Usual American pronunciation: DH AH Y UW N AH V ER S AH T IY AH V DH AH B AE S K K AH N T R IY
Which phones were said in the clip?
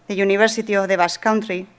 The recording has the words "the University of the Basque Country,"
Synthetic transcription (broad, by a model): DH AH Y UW N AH B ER S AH T IY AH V DH AH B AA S K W N T R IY